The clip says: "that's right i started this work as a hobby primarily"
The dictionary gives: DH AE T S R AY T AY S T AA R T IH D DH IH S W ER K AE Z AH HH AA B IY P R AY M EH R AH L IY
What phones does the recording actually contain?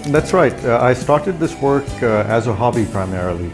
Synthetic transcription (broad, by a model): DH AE T S R AY T AY S T AA R T IH D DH IH S W ER K AE Z AH HH AA B IY P R AY M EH R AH L IY